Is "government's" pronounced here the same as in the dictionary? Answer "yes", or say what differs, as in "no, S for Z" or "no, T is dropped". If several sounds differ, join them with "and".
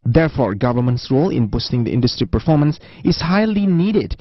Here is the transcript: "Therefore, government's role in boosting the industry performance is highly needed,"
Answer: yes